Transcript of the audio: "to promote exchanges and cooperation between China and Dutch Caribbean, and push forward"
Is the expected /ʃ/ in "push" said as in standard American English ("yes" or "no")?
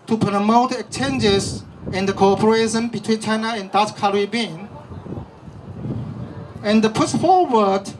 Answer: no